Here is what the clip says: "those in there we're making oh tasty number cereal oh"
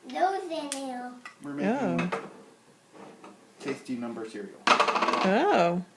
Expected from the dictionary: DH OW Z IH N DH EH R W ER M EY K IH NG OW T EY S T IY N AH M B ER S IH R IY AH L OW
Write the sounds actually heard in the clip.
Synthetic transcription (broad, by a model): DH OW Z IH N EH L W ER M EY IH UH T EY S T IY N AH M B ER S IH R IY L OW